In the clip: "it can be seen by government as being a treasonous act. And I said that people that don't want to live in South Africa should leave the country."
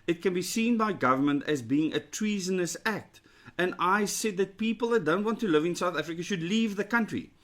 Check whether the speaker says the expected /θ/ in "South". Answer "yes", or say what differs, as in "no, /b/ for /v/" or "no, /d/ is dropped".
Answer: yes